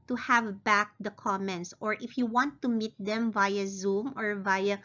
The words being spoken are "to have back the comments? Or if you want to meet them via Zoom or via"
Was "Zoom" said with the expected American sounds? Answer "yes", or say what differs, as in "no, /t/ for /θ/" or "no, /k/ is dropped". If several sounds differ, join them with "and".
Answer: yes